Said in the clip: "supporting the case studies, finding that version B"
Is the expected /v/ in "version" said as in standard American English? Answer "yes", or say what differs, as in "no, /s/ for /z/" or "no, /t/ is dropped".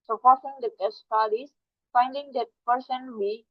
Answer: no, /p/ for /v/